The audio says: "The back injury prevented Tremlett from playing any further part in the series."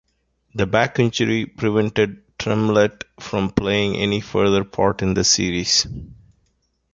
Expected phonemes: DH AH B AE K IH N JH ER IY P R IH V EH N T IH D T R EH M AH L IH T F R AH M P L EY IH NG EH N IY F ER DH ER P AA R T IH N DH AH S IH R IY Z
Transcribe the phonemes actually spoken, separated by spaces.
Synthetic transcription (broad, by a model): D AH B AE K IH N CH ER IY P R IH V EH N T IH D T R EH M L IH T F R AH M P L EY IH NG EH N IY F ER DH ER P AA R T IH N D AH S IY R IY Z